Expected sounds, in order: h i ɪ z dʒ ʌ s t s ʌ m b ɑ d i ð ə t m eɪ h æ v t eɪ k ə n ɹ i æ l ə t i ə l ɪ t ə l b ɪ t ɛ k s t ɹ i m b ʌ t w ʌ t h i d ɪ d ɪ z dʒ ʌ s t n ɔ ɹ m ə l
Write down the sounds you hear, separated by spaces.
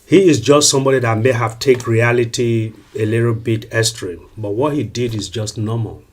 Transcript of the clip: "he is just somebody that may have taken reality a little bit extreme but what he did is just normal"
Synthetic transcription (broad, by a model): h i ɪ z dʒ ʌ s t s ʌ m b ɑ d i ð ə t m eɪ h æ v t eɪ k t ɹ i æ l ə t i ə l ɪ t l b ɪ t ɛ s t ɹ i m b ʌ t w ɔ t h i d ɪ d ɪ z dʒ ʌ s t n ɔ m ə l